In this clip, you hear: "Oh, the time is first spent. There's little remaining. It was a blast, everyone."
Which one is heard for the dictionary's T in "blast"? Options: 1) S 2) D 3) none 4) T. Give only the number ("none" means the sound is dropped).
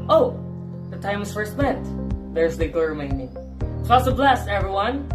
3